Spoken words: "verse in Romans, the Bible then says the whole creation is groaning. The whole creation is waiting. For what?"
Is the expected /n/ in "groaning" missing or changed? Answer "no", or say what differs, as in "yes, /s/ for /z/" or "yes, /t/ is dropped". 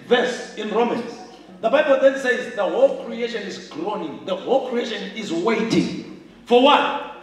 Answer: no